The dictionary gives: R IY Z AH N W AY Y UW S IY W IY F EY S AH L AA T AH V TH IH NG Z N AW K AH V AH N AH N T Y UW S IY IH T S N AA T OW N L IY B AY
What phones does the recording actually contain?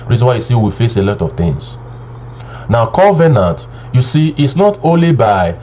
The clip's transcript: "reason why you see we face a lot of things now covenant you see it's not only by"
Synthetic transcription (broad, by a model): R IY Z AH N W AY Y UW S IY W IY F EY S AH L AA T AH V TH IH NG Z N AW K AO V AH N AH N T Y UW S IY T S N AA T OW N L IY B AY